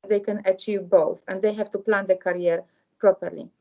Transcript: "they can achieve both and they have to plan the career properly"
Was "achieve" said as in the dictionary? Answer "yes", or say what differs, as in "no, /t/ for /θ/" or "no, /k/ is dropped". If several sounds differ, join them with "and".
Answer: yes